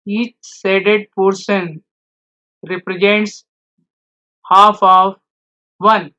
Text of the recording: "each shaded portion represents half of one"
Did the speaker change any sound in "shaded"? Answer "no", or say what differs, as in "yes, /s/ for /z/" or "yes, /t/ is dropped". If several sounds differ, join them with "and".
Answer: yes, /s/ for /ʃ/